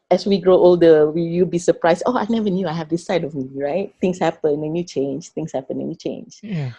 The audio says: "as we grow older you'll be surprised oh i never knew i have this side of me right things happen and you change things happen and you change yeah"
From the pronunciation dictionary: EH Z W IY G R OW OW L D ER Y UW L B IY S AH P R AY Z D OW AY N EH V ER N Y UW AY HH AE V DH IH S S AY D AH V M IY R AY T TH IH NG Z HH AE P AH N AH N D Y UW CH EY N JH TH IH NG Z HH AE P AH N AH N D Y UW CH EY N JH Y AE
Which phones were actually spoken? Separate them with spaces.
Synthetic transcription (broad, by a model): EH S W IY G R OW OW L D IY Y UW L B IY S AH P R AY S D OW AY N EH V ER N Y UW AY HH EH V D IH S S AY D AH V M IY R AY T T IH NG S HH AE P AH N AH N Y UW CH EY N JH T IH NG S HH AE P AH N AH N Y UW CH EY N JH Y